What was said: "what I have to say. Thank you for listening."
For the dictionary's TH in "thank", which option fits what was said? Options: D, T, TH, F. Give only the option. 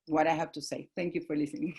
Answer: T